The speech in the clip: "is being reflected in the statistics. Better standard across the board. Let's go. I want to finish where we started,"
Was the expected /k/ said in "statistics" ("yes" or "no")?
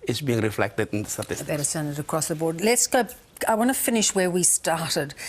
no